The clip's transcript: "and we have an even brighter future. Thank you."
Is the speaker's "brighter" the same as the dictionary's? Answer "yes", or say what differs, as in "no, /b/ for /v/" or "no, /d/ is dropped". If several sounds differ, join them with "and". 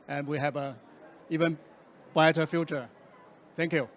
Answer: no, /ɹ/ is dropped